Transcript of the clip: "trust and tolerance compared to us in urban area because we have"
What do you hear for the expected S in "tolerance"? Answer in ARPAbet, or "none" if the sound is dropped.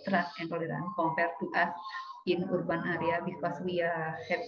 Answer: none